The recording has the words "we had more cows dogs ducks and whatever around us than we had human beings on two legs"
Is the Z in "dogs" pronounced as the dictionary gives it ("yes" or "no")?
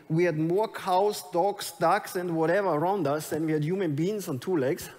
no